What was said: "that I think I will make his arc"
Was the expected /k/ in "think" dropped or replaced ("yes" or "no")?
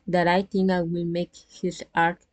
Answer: yes